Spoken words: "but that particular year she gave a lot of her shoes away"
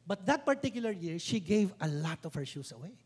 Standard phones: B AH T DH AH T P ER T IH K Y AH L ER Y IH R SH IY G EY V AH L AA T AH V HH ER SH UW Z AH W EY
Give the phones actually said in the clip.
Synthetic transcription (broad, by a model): B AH T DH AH T P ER T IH K Y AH L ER Y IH R SH IY G EY V AH L AA T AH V HH ER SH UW S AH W EY